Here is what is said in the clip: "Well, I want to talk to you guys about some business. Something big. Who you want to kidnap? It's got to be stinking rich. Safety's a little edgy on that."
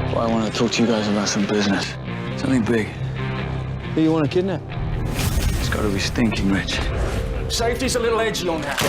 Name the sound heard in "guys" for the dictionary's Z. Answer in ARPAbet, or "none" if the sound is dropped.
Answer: Z